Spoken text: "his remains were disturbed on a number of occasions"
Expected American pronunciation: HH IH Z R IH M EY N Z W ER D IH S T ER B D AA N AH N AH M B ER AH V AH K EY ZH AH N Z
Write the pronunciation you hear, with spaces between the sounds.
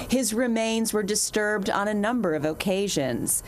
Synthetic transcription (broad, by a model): HH IH Z R IH M EY N Z W ER D IH S T ER B D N AH N AH M B ER AH V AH K EY ZH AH N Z